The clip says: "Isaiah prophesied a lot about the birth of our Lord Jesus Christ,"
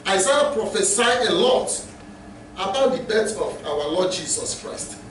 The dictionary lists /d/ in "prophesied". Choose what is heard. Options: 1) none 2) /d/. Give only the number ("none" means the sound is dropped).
1